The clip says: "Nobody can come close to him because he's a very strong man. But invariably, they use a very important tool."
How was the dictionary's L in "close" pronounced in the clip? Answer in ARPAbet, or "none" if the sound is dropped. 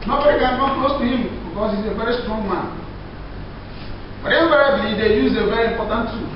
none